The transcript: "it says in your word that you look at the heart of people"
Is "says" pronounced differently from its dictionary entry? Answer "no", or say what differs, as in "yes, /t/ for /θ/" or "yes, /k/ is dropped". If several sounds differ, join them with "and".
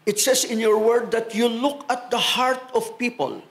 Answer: yes, /s/ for /z/